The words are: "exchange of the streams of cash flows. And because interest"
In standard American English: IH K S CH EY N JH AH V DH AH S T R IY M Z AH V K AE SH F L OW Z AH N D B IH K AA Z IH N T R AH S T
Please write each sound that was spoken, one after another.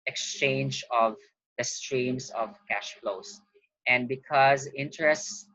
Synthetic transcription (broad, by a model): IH K S CH EY N JH AH V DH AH S T R IY M S AH V K AE SH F L OW S AH N D B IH K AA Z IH N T R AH S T